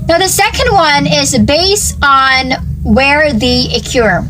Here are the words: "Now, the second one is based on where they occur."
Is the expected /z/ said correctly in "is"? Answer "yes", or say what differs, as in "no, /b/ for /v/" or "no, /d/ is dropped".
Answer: yes